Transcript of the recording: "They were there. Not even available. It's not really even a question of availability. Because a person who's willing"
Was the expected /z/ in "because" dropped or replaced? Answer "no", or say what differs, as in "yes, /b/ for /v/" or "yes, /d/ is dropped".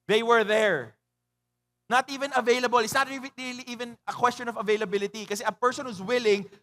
yes, /z/ is dropped